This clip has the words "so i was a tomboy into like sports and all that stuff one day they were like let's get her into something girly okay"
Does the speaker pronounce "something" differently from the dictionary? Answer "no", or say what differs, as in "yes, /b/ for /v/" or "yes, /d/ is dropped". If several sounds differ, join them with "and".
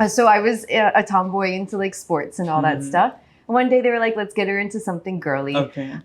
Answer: no